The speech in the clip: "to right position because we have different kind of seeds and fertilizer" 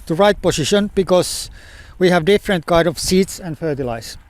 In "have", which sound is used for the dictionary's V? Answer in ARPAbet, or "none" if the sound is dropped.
V